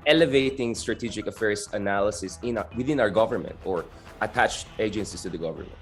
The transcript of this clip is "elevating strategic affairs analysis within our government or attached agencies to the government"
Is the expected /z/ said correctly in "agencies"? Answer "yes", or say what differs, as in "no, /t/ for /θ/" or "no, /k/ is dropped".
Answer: no, /s/ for /z/